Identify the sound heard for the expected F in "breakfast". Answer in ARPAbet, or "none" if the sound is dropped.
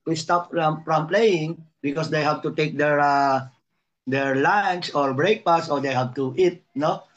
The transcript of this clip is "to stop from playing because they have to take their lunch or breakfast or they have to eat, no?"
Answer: P